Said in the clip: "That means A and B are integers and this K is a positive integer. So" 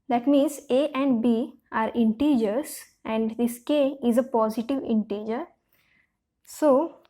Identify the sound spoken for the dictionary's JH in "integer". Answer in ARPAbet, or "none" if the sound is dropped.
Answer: JH